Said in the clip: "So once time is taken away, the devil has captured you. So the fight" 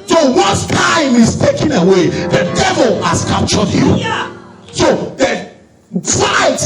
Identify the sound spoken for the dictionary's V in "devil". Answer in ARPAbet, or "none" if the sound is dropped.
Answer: V